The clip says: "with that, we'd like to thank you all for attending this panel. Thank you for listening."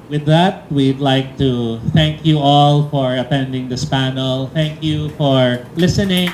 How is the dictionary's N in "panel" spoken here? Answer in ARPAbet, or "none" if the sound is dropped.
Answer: N